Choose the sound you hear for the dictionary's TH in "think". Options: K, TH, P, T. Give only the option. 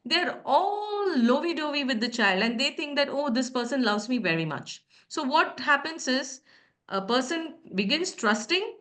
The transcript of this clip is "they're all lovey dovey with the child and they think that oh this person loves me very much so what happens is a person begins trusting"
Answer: T